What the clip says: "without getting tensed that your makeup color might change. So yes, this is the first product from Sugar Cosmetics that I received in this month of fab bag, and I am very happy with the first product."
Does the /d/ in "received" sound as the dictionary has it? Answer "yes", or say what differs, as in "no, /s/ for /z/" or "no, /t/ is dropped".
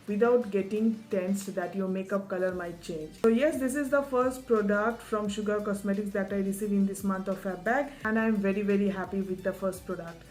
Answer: no, /d/ is dropped